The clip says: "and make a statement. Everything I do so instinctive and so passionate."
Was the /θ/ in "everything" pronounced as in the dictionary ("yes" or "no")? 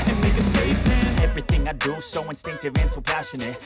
yes